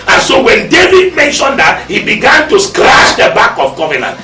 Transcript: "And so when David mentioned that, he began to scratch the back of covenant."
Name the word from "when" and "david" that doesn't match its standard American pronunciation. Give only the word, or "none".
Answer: none